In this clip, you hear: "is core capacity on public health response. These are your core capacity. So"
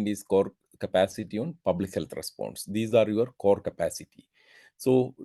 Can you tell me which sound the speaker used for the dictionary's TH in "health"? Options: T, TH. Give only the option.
T